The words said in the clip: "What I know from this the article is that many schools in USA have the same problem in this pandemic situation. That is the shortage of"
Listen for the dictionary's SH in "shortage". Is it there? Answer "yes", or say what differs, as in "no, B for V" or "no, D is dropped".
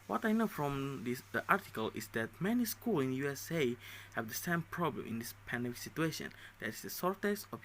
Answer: no, S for SH